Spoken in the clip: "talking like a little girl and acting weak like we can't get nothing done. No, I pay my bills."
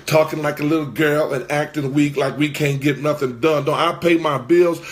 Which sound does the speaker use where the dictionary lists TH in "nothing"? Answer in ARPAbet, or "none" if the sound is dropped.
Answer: TH